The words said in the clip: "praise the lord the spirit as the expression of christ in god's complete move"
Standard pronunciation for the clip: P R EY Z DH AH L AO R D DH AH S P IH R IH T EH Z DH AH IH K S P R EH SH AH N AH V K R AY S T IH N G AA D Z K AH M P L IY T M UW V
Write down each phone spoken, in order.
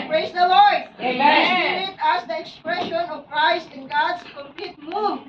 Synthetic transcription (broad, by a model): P R EY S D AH L AO R D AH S IH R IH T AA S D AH IH K S P R EH SH AH N AH V K R AY S T IH N G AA D S K AH M P L IY T M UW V